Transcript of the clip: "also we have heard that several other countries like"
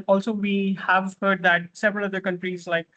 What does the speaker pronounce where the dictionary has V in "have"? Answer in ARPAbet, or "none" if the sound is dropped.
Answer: V